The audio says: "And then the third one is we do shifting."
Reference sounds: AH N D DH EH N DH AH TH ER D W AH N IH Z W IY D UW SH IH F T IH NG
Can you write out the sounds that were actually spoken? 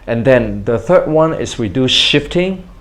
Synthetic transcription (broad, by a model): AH N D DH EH N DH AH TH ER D W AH N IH S W IY D UW SH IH F T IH NG